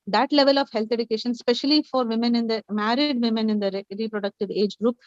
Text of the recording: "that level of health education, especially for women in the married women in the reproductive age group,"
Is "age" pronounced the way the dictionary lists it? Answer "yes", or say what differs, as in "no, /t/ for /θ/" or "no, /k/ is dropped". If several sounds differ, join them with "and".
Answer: yes